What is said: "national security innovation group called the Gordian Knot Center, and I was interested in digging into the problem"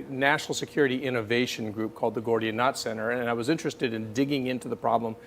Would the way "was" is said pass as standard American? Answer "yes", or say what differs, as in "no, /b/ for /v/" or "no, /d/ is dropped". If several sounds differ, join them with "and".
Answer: yes